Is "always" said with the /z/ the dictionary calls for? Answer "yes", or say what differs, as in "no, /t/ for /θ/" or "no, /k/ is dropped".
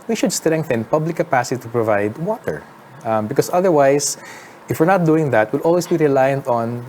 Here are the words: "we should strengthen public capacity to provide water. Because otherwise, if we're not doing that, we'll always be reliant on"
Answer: no, /s/ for /z/